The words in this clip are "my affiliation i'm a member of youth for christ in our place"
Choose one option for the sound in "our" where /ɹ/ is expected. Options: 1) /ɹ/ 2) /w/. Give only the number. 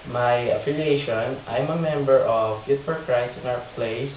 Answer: 2